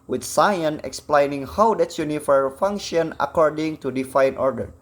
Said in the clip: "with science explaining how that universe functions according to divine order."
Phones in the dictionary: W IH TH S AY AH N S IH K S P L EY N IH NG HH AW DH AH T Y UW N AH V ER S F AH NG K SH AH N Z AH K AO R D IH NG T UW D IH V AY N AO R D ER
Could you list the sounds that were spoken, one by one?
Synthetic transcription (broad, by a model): W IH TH S AY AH N IH K S P L EY N IH NG HH AW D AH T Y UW N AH F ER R F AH NG K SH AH N AH K AO R D IH NG T UW D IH F AY N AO R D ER